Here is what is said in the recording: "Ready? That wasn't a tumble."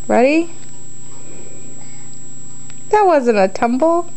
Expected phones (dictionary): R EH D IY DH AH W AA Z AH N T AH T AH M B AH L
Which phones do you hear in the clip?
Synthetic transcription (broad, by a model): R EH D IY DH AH W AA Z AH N AH T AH M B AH